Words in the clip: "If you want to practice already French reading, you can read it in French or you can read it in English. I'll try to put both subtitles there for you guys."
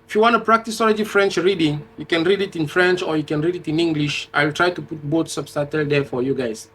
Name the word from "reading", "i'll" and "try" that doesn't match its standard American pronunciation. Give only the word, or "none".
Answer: none